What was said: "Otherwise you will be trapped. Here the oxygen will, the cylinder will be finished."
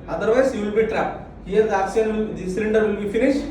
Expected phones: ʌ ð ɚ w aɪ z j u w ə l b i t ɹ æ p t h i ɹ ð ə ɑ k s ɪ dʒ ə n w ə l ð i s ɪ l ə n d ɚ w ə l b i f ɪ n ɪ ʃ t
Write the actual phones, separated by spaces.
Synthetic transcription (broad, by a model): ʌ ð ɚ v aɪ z j u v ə l b i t ɹ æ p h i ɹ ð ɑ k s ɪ ə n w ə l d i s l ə n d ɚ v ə l b i f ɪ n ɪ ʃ t